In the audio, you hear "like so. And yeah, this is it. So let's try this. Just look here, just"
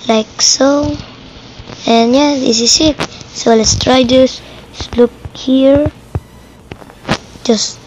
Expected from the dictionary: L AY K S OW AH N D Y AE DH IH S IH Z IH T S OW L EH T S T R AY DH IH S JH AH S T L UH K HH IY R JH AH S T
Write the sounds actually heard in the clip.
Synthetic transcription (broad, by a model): L AY K S OW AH N Y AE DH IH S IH S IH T S OW L EH T S T R AY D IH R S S L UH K HH IY R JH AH S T